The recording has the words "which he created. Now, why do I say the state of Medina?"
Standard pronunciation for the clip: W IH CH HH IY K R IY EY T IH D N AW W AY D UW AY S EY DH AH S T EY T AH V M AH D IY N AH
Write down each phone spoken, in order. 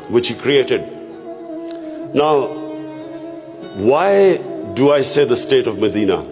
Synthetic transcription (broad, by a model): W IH CH HH IY K R IY EY T IH D N AW W AY D UW AY S EY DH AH S T EY T AH V M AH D IY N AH